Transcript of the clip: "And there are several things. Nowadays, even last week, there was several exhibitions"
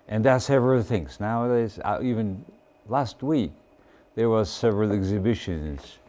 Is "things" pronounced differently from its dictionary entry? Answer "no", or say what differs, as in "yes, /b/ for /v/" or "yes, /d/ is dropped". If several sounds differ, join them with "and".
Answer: no